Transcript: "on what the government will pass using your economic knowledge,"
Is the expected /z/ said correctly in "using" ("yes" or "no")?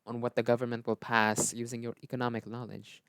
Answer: yes